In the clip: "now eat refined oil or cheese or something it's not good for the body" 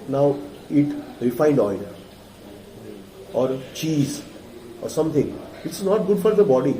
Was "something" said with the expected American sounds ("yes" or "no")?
no